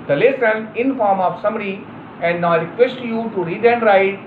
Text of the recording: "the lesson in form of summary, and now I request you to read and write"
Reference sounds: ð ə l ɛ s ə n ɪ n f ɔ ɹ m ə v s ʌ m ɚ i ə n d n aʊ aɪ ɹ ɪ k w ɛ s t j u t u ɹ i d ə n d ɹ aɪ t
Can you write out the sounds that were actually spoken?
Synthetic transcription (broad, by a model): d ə l ɛ s ə n ɪ n f ɔ ɹ m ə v s ʌ m ɚ i ə n d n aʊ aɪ ɹ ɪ k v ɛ s t j u t u ɹ i d ə n d ɹ aɪ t